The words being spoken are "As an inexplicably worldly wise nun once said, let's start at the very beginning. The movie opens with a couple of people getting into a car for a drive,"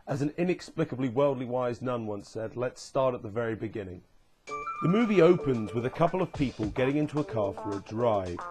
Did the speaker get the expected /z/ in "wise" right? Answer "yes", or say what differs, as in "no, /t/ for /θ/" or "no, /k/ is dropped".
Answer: yes